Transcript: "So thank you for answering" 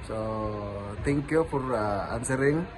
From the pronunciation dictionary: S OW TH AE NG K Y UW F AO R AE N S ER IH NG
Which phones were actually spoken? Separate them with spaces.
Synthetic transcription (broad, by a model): S OW T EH NG K Y UW F AO R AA N S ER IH NG